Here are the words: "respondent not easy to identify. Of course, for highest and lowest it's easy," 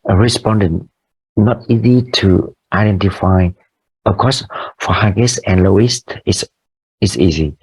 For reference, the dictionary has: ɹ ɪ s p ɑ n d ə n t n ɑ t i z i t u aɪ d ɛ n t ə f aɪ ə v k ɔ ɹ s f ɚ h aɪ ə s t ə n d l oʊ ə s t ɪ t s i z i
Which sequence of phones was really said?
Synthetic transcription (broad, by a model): ɹ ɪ s p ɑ n d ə n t n ɑ t i z i t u aɪ d ɛ n t ə f aɪ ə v k ɔ s f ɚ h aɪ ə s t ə n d l oʊ ə s t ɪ s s i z i